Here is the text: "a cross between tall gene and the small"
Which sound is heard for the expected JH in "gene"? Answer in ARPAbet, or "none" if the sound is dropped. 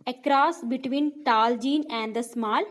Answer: JH